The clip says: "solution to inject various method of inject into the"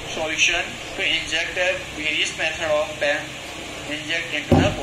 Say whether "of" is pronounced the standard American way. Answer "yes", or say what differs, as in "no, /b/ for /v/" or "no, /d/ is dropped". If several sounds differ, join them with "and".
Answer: no, /p/ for /v/